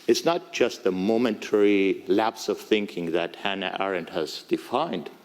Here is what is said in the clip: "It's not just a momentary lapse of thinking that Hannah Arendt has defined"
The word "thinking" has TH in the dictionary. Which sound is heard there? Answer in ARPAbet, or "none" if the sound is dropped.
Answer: TH